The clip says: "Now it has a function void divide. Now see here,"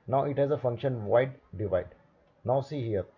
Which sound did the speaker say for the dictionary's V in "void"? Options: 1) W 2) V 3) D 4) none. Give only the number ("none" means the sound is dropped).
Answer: 1